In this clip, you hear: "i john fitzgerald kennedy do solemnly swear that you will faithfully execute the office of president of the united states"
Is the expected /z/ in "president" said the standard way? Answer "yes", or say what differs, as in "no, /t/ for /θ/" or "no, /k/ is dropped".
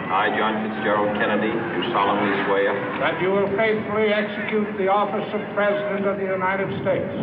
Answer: yes